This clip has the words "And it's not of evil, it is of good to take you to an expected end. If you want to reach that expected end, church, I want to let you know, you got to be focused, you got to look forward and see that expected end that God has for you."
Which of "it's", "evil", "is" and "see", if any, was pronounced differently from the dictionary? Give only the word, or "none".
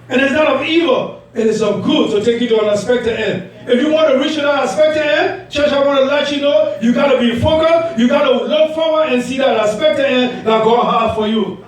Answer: is